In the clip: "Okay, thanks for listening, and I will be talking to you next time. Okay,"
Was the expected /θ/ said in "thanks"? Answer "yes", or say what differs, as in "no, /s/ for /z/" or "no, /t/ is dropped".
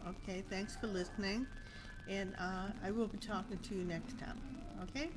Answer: yes